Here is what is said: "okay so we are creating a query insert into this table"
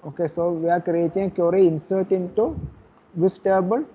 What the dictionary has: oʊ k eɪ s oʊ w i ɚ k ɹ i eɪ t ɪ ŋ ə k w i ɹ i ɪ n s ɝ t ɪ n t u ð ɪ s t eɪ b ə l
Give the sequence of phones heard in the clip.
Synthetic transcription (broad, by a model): oʊ k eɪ s oʊ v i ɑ k i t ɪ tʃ ə k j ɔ ɹ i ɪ n s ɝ t ɪ n t u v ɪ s t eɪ b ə l